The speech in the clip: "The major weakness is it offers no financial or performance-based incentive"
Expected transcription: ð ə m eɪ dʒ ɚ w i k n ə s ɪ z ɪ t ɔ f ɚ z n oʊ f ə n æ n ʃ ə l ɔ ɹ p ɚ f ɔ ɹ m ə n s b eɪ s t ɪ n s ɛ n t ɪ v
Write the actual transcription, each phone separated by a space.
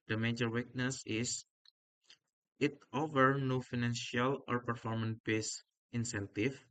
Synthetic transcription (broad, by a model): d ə m eɪ dʒ ɚ w i k n ə s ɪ s ɪ t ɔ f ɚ n oʊ f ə n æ n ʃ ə l ɔ ɹ p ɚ f ɔ ɹ m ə n b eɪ s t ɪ n s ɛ n t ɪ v